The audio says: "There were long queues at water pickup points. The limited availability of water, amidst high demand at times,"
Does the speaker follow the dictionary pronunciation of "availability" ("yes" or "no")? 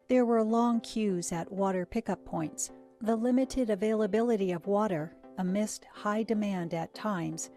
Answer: yes